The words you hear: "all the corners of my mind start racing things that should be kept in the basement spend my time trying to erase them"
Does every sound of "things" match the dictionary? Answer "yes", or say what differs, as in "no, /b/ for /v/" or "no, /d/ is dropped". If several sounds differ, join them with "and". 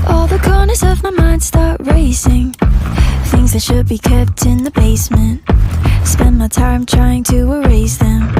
yes